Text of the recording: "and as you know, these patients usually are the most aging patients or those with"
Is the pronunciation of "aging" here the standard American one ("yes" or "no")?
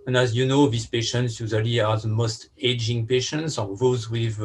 yes